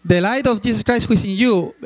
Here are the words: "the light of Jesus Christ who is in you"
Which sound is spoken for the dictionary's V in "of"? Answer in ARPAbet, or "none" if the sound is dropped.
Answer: F